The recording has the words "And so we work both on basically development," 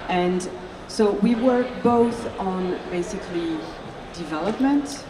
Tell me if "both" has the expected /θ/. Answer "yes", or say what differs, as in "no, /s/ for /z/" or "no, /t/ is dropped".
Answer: yes